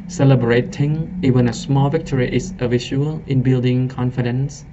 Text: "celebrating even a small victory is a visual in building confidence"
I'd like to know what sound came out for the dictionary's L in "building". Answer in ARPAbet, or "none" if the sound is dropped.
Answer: L